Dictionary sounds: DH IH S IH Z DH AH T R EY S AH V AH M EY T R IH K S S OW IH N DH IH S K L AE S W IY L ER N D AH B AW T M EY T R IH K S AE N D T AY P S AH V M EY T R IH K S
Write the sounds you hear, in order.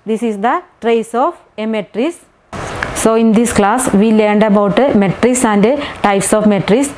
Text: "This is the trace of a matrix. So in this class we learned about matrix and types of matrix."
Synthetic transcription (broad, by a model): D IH S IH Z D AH T R EY S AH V AH M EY T R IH S S OW IH N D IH S K L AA S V IY L ER N D AH B AW T M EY T R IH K S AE N D T AY P S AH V M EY T R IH S